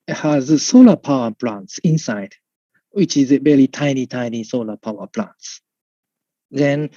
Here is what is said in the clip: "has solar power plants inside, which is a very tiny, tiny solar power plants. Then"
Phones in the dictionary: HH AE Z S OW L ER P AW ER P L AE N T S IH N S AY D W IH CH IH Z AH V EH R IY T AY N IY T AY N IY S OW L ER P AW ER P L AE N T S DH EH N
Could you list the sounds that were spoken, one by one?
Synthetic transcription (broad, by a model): HH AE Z S OW L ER P AW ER P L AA N T S IH N S AY D W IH CH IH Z AH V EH L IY T AY N IY T AY N IY S OW L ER P AW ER P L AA N T S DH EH N